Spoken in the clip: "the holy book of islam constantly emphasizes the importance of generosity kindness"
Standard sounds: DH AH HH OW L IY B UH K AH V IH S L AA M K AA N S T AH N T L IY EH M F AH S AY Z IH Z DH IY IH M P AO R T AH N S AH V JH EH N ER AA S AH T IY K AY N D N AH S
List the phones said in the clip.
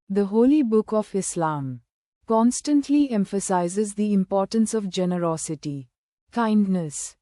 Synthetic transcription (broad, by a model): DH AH HH OW L IY B UH K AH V IH S L AA M K AA N S T AH N T L IY EH M F AH S AY Z IH Z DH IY IH M P AO R T AH N S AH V JH EH N ER AA S AH T IY K AY N D N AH S